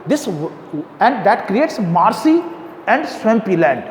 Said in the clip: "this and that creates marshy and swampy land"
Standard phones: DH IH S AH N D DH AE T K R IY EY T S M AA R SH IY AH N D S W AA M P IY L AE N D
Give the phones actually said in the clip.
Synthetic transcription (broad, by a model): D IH S AH N D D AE T K R IY EY T S M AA R S IY AH N D S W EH M P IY L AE N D